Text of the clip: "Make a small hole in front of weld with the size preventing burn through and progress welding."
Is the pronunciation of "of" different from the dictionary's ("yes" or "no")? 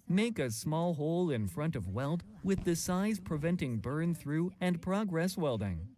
no